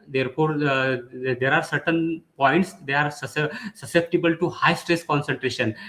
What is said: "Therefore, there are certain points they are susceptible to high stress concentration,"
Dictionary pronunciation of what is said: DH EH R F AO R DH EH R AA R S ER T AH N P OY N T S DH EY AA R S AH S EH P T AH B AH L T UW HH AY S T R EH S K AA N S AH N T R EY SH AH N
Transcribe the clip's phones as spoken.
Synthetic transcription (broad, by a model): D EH R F AO R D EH R AA R S ER T AH N P OY N T S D EY AA R S AH S EH P T AH B AH L T UW HH AY S T R EH S K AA N S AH N T R EY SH AH N